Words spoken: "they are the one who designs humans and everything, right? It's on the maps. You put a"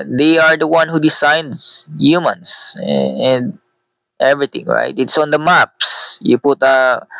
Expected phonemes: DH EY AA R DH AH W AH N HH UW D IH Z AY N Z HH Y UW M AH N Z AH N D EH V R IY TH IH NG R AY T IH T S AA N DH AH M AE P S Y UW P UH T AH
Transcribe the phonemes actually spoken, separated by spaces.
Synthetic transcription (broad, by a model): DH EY AA R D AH W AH N HH UW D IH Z AY N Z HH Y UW M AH N S AH N D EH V R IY T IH NG R AY T IH T S AA N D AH M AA P S Y UW P UH T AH